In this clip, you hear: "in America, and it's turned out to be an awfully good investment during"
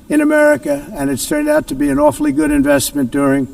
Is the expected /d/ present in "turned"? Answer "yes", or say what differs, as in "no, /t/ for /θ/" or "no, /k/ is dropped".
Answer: yes